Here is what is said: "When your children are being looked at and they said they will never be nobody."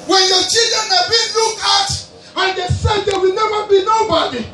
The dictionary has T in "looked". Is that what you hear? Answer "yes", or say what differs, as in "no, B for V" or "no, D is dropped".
no, T is dropped